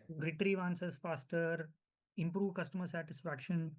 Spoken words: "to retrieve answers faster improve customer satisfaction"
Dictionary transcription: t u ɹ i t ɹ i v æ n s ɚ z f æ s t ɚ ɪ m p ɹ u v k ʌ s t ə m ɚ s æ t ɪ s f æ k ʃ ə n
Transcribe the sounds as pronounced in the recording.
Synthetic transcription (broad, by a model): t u ɹ i t ɹ i v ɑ n s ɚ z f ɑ s t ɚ ɪ m p ɹ u v k ʌ s t ə m ɚ s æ t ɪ s f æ k ʃ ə n